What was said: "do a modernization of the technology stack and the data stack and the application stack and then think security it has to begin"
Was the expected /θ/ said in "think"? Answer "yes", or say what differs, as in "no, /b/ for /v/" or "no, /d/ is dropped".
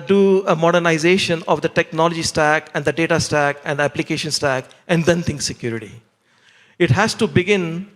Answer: no, /t/ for /θ/